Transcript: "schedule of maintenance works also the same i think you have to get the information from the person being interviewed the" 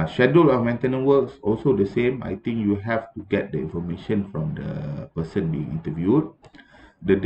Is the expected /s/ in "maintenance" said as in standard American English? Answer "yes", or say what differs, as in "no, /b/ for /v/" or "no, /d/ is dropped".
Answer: no, /s/ is dropped